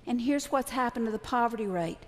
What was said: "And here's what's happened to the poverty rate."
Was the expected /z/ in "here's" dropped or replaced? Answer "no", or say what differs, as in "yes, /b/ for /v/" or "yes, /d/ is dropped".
no